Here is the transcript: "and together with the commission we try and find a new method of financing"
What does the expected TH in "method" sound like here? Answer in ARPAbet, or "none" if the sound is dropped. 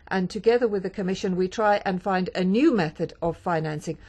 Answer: TH